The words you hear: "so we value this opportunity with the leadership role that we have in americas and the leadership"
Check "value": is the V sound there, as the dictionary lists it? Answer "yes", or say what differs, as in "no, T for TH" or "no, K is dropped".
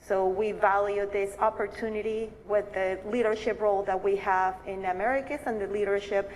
yes